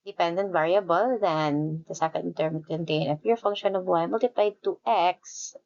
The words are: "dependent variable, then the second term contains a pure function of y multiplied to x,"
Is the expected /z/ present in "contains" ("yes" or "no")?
no